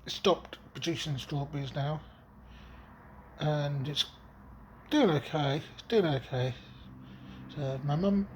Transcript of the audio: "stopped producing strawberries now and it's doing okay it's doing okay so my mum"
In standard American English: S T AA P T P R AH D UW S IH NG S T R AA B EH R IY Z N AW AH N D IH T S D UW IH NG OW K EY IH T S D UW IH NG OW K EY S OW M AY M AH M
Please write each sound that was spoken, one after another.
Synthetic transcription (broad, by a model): S T AA P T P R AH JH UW SH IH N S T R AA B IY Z N AW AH N IH T S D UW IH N OW K EY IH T S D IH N OW K EY S OW M AY M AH M